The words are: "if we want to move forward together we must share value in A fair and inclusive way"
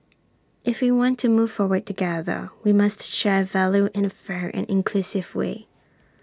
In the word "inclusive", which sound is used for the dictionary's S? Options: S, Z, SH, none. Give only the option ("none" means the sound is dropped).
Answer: S